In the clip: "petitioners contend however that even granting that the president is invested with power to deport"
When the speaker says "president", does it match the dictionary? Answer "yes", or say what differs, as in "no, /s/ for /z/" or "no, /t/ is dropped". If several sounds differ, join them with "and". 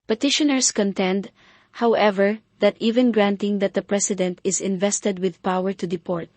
no, /s/ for /z/